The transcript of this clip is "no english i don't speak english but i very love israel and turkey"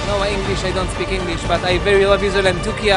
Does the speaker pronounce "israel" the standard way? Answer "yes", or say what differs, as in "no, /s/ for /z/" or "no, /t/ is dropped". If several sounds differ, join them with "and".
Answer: no, /ɹ/ is dropped